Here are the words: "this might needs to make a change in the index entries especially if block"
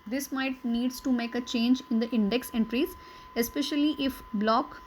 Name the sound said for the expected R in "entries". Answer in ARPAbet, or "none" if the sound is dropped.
R